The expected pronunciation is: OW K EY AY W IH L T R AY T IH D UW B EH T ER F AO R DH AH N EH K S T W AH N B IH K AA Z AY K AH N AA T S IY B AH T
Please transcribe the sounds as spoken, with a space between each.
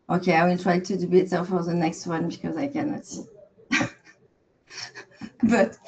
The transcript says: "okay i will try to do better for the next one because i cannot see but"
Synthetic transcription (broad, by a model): OW K EY AY W IH L T R AY T IH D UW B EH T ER F AO R DH AH N EH K S T W AH N B IH K AA Z AY K AH N AA T S IY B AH T